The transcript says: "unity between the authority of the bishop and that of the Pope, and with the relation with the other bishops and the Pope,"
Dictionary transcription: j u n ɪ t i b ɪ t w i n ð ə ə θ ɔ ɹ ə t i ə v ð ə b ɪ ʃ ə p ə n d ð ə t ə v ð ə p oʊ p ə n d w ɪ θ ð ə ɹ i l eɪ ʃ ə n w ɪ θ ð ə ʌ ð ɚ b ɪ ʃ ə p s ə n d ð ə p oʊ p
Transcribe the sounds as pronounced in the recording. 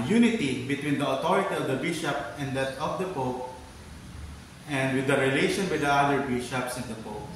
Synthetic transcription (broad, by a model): j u n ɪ t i b ɪ t w i n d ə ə t ɔ ɹ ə t i ə v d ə b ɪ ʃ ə p ə n d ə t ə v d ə p oʊ p ə n d w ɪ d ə ɹ i l eɪ ʃ ə n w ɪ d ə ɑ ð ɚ b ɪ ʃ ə p s ə n d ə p oʊ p